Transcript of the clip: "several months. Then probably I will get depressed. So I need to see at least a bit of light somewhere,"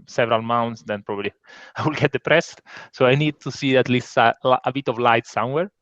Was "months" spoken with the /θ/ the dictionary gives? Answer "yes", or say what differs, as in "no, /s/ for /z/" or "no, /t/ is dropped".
no, /t/ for /θ/